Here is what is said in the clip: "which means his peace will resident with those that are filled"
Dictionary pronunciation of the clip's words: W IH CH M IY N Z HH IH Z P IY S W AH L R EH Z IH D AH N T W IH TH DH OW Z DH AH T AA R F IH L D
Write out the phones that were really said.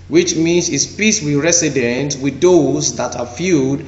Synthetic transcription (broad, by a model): W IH CH M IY N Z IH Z P IY S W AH R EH S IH D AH N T W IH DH OW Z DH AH T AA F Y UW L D